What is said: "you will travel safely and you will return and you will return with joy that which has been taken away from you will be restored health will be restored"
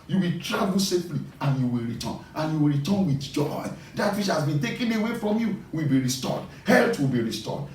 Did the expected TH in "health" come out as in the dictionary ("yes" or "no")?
no